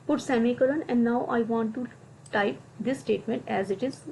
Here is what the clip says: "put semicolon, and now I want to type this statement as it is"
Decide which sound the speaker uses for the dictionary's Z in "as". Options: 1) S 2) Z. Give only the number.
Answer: 2